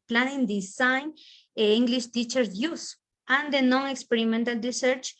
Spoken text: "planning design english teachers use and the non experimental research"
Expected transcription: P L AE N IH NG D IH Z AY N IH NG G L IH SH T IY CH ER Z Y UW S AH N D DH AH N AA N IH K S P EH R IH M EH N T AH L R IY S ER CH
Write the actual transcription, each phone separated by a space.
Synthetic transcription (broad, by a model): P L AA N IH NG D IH S AY N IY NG G L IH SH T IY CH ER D Y UW S AH N D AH N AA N IH K S P EH R IH M EH N T AH L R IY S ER CH